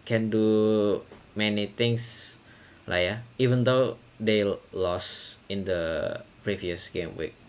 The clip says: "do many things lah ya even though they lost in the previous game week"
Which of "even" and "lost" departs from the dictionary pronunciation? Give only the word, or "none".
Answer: lost